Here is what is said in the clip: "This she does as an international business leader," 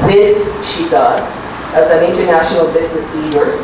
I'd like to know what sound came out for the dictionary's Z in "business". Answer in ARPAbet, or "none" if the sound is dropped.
Z